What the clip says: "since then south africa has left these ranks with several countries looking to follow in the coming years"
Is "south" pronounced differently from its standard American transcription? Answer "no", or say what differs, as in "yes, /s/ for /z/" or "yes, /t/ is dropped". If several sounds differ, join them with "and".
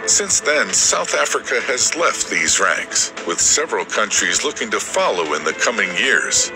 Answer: no